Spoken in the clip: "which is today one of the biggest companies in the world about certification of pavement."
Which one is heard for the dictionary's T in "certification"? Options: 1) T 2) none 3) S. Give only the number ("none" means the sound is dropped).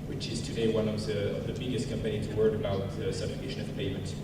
3